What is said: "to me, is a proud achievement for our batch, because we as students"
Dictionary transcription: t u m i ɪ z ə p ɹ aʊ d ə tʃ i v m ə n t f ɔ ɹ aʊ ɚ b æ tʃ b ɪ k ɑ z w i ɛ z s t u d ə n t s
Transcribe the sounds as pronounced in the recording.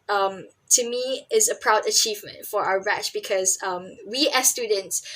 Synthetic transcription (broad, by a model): t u m i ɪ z ə p ɹ aʊ d ə tʃ i v m ə n t f ɔ ɹ aʊ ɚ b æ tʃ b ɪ k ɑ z w i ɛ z s t u d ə n t s